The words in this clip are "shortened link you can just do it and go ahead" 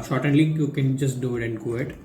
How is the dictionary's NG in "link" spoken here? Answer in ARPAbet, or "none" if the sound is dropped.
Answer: none